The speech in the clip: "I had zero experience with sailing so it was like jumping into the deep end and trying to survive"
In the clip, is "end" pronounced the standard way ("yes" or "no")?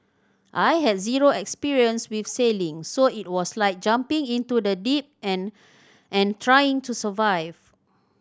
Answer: no